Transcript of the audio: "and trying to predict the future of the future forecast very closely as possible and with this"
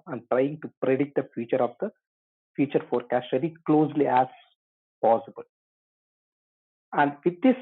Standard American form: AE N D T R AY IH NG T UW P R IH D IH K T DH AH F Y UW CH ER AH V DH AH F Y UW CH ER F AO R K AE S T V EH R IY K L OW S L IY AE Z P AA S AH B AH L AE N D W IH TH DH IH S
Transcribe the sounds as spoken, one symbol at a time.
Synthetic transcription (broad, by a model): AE N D T R AY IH NG T UW P R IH D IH T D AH F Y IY CH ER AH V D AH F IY CH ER F AO R K AE S T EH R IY K L OW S L IY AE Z P AA S AH B AH L AE N D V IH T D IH S